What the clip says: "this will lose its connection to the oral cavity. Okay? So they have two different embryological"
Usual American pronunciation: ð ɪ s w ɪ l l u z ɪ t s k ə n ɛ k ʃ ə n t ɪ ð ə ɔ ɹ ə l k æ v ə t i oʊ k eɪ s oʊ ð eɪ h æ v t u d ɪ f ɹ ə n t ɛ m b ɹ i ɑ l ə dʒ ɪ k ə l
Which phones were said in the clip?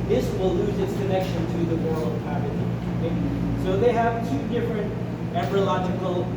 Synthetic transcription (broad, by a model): ð ɪ s w ɪ l l u z ɪ t s k ə n ɛ k ʃ ə n t ɪ ð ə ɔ ɹ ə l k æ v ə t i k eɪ s oʊ ð eɪ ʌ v t u d ɪ f ɹ ə n t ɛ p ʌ ɹ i l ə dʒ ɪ k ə l